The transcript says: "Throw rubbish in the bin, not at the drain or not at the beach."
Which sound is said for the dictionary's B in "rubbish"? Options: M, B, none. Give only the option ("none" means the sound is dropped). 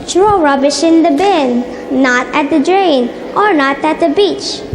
B